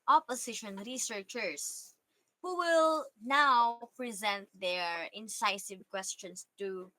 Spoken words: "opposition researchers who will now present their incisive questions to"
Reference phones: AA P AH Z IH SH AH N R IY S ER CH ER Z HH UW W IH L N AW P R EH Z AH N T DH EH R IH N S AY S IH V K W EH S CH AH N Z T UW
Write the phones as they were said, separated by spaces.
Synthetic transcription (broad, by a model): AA P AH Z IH SH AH N R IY S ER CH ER S HH UW W IH L N AW P R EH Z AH N T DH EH R IH N S AY S IH V K W EH S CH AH N S T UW